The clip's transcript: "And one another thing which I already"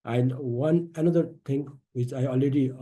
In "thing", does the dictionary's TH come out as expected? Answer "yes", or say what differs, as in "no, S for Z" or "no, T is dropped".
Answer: no, T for TH